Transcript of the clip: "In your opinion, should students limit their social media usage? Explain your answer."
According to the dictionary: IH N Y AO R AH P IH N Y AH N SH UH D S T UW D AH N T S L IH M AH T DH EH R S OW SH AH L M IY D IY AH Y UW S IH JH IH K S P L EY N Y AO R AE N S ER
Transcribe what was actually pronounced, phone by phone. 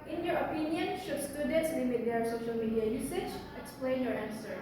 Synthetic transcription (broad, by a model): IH N Y AO R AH P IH N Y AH N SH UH S T UW D AH N T S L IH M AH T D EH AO S OW SH AH L M IY D IY AH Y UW S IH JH IH K S P L EY N Y AO R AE N S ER